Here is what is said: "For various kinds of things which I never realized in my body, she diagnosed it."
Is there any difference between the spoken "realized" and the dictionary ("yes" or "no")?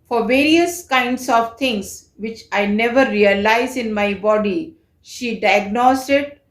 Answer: yes